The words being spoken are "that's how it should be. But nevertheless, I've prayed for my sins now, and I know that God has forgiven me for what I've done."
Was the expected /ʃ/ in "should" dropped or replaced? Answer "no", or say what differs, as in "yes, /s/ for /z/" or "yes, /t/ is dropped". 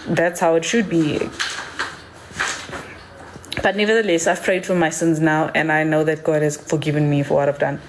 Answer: no